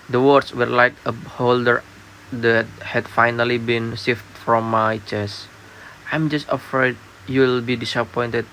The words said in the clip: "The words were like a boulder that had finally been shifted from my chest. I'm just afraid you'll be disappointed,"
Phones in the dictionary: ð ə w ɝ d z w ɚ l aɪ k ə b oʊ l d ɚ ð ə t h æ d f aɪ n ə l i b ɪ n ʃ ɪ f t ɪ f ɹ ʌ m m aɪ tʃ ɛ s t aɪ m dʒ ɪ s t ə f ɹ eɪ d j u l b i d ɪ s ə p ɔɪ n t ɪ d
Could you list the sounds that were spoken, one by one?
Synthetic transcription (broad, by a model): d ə w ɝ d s w ɚ l aɪ k ə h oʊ l d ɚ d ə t h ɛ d f aɪ n ə l i b ɪ n s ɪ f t f ɹ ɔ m m aɪ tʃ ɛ s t aɪ m dʒ ɪ s t ə f ɹ eɪ d j u l b i d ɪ s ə p ɔɪ n t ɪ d